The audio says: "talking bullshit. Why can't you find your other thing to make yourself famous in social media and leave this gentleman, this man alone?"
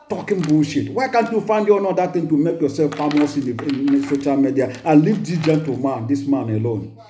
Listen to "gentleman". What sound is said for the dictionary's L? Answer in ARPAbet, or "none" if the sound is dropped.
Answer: none